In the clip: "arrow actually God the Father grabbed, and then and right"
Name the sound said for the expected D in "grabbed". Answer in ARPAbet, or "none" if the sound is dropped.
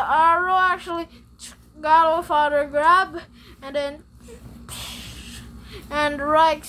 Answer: none